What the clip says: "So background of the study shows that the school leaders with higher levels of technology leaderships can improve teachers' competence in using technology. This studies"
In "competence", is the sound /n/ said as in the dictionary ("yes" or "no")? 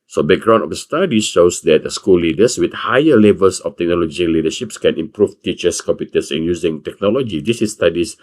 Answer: no